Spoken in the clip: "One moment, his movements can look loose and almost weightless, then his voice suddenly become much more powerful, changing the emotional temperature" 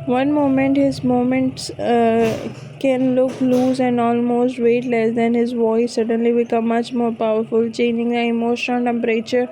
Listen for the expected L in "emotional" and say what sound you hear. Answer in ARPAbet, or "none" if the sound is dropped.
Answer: N